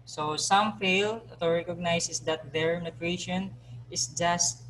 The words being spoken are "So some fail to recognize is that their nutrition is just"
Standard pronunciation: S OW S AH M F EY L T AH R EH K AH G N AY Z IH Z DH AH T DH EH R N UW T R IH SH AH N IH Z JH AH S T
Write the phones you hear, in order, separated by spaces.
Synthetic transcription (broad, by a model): S OW S AH M F EY L T AH R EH K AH G N AY S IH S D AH T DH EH R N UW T R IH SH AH N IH S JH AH S T